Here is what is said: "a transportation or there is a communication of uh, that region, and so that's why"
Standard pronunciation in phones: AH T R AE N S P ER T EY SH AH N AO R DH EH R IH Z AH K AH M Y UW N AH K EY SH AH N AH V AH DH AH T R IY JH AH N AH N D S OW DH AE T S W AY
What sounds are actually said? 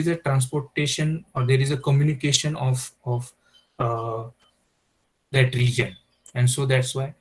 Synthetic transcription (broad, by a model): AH T R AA N S P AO T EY SH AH N AO R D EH R IH Z AH K AH M Y UW N AH K EY SH AH N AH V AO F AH T R IY JH AH N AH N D S OW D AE T S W AY